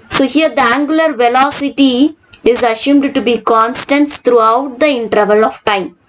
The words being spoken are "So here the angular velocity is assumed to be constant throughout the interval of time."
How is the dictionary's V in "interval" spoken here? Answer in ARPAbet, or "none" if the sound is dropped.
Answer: V